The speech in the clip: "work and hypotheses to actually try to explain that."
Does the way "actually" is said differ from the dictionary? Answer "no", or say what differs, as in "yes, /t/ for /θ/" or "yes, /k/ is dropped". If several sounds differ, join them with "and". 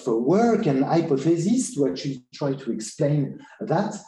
yes, /k/ is dropped